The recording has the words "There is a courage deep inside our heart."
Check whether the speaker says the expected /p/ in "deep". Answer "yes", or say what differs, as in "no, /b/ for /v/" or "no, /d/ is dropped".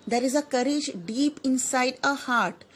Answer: yes